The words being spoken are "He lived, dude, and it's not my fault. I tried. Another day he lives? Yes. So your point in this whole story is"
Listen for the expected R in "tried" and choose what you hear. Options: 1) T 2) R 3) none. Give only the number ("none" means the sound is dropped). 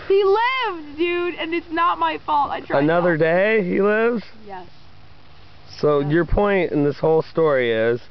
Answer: 3